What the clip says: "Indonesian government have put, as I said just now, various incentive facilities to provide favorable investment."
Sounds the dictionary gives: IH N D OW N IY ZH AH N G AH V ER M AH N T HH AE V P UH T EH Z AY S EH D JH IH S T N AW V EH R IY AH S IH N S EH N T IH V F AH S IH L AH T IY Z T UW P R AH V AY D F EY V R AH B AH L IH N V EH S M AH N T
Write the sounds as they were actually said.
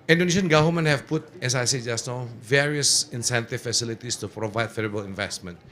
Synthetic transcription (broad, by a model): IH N D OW N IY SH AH N G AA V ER M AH N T HH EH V P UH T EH S AY S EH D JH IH S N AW V EH R IY AH S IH N S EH N T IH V F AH S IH L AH T IY S T UW P R AH V AY D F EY R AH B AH L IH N V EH S M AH N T